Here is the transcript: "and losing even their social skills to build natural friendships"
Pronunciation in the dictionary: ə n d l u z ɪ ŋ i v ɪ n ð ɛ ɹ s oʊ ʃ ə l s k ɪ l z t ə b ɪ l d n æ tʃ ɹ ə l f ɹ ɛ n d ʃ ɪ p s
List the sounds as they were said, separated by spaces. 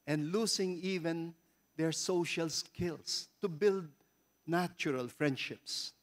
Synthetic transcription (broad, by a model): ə n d l u s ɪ ŋ i v ɪ n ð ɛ ɹ s oʊ ʃ ə l s k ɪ l s t ə b ɪ l d n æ tʃ ɹ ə l f ɹ ɛ n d ʃ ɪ p s